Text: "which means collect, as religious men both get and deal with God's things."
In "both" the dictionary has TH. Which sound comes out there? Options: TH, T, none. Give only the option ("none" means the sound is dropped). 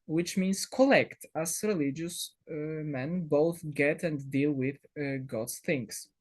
TH